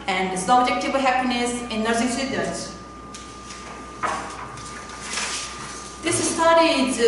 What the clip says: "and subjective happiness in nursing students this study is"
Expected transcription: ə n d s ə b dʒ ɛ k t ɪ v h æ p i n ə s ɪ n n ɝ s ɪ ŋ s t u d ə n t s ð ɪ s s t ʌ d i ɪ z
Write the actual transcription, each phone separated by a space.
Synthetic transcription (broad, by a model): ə n d s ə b dʒ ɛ k t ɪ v h æ p i n ə s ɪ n n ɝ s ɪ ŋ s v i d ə t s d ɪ s s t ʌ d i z